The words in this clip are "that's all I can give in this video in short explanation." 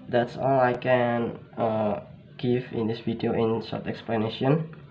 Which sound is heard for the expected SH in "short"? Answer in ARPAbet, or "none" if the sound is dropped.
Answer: S